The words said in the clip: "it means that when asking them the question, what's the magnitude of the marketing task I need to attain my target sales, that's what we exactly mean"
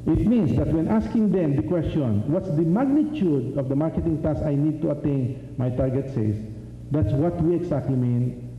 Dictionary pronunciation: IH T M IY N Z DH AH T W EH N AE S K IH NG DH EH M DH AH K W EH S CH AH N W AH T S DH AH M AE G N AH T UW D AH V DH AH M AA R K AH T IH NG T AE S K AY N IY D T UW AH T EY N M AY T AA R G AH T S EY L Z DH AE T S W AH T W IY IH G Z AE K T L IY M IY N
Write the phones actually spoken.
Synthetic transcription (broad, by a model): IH T M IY N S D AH T W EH N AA S K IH NG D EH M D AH K W EH S CH AH N W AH T S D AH M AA G N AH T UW D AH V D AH M AA R K AH T IH NG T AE S AY N IY D T UW AH T EY N M AY T AA R G AH T S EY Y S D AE T S W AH T W IY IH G S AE K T L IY M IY N